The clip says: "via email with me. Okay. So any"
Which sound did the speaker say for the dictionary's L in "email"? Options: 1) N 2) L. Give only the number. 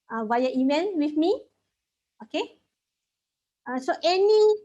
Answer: 1